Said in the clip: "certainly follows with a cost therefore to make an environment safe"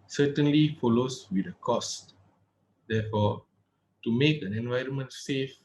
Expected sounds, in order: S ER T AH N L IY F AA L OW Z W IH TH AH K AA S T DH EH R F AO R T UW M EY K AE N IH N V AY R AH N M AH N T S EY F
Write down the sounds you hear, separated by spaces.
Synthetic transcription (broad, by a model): S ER T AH N L IY F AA L OW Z W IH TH AH K AA S T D EH F AO T UW M EY K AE N IH N V AY R AH N M AH N T S EY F